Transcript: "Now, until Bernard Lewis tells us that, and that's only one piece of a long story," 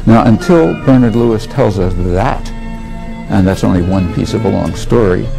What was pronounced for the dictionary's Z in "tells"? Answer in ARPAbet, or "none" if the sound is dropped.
Z